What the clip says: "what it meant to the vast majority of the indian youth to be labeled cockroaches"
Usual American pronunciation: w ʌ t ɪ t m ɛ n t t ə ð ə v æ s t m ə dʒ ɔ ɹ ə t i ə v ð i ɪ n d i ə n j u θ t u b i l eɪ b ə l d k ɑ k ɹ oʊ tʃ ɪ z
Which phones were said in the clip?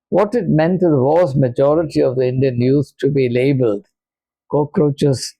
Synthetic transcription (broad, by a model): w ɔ t ɪ t m ɛ n t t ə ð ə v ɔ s m ə dʒ ɔ ɹ ə t i ə v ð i ɪ n d i ə n j u s t u b i l eɪ b ə l d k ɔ k ɹ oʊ tʃ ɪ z